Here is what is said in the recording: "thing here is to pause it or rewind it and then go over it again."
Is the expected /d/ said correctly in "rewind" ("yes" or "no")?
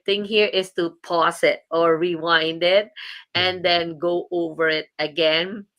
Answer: yes